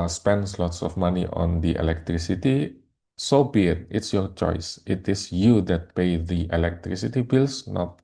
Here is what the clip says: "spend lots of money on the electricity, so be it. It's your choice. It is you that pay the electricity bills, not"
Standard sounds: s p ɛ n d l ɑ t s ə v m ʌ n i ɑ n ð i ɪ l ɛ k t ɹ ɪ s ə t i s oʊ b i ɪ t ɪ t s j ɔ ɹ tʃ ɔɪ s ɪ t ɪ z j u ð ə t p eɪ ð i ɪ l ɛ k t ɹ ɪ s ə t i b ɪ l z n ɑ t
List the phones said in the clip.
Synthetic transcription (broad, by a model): s p ɛ n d l ɑ t s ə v m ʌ n i ɑ n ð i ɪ l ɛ k t ɹ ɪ s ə t i s oʊ b i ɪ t ɪ t s j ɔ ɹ tʃ ɔɪ s ɪ t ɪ s j u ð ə t p eɪ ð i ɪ l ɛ k t ɹ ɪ s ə t i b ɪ l s n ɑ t